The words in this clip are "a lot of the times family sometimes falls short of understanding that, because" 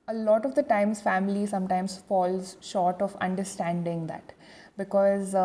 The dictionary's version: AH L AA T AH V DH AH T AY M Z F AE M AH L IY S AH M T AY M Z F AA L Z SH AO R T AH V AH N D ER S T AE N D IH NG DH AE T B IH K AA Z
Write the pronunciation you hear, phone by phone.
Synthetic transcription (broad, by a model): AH L AA T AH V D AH T AY M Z F AE M AH L IY S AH M T AY M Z F AA L Z SH AO R T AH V AH N D ER S T AE N D IH NG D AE T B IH K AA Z